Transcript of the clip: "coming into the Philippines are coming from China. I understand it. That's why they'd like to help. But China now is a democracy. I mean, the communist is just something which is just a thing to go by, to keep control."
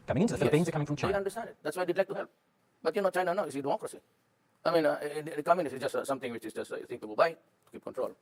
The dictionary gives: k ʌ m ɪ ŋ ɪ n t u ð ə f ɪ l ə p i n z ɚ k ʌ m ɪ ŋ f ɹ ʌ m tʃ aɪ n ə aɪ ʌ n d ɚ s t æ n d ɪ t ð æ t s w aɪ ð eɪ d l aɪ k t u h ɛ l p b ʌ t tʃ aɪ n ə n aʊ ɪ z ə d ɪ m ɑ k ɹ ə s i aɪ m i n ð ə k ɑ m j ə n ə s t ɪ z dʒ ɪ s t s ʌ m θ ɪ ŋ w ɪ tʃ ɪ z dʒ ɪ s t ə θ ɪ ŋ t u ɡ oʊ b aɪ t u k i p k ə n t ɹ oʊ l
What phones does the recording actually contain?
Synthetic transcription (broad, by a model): k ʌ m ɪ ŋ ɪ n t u ð ə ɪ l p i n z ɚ k ʌ m ɪ ŋ f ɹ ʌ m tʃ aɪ ə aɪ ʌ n d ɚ s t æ n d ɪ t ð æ t s w aɪ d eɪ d l aɪ k t u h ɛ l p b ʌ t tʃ aɪ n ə n aʊ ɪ s ə d ɪ m ɑ k ɹ ə s i aɪ m i n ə k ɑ m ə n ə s ɪ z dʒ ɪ s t s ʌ m t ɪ ŋ w ɪ tʃ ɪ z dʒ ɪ s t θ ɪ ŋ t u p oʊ b aɪ t u k i p k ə n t ɹ oʊ l